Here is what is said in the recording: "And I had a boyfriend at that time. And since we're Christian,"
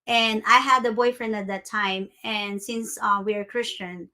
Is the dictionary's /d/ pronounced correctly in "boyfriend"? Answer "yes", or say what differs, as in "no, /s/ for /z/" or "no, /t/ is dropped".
yes